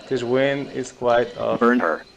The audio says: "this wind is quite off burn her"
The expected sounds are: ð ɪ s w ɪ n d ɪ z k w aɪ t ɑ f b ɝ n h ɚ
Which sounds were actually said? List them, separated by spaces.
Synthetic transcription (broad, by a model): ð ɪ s w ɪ n ɪ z k w aɪ t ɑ b ɝ n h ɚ